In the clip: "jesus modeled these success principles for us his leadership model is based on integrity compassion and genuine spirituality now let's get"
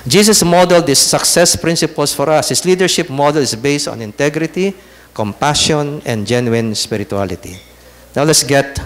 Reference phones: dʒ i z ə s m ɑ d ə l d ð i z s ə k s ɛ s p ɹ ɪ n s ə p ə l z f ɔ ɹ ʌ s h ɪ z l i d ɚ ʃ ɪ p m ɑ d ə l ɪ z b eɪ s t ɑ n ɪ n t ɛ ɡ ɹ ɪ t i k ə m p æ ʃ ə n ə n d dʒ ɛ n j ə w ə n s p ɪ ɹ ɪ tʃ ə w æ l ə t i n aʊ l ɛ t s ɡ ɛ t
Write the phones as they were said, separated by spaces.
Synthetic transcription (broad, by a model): dʒ i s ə s m ɑ d ə l d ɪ s ə k s ɛ s p ɹ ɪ n s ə p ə l s f ɔ ɹ ʌ s h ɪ s l i d ɚ ʃ ɪ p m ɑ d ə l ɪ s b eɪ s t ɑ n ɪ n t ɛ ɡ ɹ ɪ t i k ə m p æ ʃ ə n ə n d dʒ ɛ n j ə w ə n s p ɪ ɹ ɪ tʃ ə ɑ l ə t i n aʊ l ɛ t s ɡ ɛ t